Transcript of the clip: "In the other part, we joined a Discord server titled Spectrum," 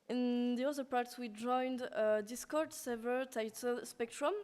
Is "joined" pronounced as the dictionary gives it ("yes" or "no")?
yes